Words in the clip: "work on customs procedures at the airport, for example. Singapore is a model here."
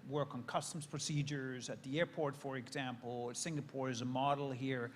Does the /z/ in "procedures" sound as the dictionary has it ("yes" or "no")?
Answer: yes